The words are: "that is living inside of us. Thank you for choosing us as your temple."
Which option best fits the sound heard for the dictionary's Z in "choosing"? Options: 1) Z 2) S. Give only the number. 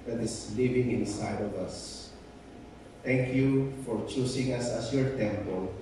2